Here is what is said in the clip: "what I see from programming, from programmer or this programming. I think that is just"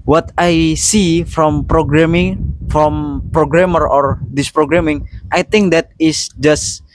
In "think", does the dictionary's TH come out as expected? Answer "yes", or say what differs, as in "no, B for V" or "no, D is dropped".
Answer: no, T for TH